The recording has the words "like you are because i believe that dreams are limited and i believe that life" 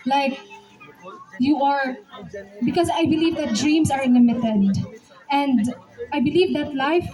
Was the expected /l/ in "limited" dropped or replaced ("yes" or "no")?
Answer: yes